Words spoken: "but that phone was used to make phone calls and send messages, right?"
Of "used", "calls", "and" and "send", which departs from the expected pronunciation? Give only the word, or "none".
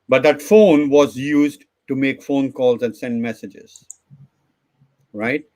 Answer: none